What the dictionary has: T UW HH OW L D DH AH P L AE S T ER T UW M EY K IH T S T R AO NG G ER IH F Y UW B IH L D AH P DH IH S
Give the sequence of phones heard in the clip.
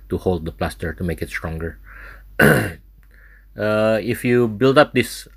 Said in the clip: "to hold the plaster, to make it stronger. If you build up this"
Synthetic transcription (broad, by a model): T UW HH OW L D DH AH P L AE S T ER T UW M EY K IH T S T R AO NG G ER IH F Y UW B IH L D AH P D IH S